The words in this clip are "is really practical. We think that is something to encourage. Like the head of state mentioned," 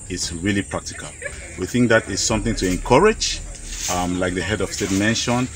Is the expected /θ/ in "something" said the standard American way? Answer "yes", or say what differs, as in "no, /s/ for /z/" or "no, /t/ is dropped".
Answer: yes